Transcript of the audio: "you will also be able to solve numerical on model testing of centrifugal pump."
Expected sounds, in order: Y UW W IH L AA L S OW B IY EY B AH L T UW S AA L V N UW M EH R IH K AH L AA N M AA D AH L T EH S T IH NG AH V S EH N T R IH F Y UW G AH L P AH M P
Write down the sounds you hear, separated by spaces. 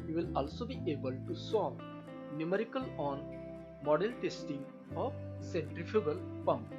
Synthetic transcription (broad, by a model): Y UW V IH L AA L S OW B IY EY B AH L T UW S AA V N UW M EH R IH K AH L AA N M AA D AH L T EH S T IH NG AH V S EH N T R IH F Y UW G AH L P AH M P